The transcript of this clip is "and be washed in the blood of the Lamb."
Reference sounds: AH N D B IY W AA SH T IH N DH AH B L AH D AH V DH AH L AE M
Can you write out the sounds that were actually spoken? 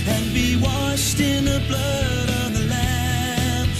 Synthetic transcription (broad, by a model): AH N B IY W AA SH T IH N DH AH B L AH D AH V DH AH L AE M